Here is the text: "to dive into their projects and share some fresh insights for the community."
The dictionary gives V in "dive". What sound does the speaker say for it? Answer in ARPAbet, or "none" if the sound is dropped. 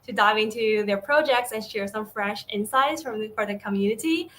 V